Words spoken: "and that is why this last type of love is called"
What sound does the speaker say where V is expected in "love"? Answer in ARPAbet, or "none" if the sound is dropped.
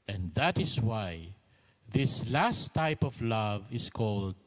V